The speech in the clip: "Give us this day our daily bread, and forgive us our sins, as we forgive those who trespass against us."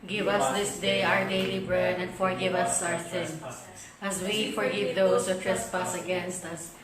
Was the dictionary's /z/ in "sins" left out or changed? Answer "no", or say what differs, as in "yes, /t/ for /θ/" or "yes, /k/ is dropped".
yes, /z/ is dropped